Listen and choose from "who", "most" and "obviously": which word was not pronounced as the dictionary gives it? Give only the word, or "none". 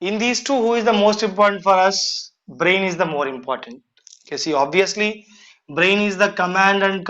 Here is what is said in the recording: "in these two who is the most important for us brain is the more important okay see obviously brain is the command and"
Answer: none